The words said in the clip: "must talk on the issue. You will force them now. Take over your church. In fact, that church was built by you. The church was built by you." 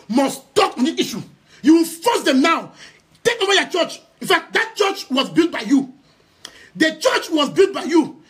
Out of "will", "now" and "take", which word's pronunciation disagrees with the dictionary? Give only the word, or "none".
will